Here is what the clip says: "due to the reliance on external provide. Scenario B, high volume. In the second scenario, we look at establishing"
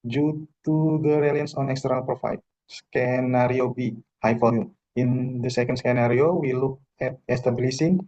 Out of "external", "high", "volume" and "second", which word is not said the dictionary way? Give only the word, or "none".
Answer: volume